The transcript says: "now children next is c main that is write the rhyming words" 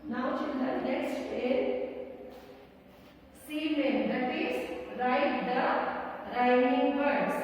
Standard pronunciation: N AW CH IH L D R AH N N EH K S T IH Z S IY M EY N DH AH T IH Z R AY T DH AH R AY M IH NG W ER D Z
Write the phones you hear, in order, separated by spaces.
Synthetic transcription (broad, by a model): N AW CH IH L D AH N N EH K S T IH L S IY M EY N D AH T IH S R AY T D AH R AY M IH NG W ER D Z